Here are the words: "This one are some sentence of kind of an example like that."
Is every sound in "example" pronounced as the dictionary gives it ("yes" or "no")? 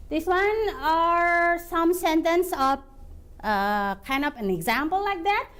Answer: yes